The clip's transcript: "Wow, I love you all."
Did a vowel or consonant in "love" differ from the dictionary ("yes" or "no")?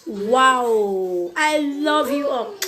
no